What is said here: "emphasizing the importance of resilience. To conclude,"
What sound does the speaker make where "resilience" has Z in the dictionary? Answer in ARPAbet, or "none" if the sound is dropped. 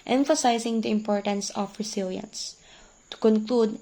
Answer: S